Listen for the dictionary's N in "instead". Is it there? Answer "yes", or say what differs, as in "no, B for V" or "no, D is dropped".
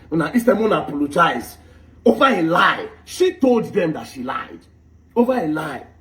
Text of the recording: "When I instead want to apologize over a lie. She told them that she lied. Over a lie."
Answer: no, N is dropped